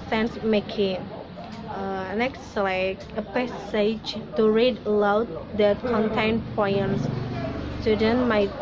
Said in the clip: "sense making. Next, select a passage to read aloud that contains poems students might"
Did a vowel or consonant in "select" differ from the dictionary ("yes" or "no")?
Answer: yes